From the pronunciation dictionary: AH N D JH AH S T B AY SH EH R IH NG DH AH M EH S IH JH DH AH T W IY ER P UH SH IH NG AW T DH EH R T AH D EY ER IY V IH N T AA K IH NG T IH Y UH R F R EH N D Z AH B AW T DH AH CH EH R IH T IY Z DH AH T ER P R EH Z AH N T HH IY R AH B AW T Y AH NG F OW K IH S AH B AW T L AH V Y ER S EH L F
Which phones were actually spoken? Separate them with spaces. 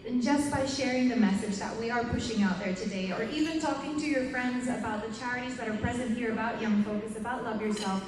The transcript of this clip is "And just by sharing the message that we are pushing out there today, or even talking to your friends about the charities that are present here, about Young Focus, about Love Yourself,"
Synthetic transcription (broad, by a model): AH N JH AH S B AY SH EH R IH NG DH AH M EH S IH JH DH AH T W IY ER P UH SH IH NG AW T DH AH R T AH D EY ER IY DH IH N T AA K IH NG T IH Y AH R F R EH N D Z AH B AW T DH AH CH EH R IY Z DH AH T ER P R EH Z AH N T HH IY R AH B AW T Y AH NG F OW K IH S AH B AW T L AH V Y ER S EH L F